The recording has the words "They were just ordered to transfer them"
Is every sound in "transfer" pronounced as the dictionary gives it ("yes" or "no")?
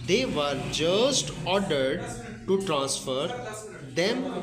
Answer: yes